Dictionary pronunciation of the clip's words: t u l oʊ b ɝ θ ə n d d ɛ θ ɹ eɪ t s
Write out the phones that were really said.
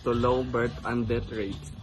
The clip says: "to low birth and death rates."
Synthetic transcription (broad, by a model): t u l oʊ b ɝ t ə n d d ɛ t ɹ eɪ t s